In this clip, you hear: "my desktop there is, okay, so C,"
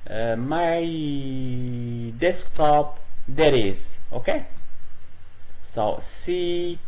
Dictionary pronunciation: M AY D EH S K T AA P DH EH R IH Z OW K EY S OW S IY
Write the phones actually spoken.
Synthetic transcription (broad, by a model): M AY D EH S K T AA P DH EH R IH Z OW K EY S OW S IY